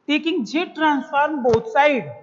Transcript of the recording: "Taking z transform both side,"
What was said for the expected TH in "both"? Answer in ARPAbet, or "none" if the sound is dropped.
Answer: T